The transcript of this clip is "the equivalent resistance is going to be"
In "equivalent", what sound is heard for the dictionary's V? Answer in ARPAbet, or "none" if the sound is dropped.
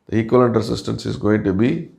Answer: none